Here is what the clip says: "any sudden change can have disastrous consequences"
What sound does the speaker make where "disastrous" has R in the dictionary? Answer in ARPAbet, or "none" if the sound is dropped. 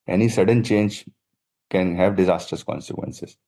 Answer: none